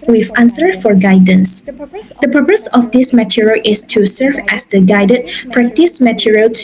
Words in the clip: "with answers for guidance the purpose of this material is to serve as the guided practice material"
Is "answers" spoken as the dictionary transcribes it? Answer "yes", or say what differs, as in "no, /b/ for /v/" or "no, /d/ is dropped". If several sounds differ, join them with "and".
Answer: no, /z/ is dropped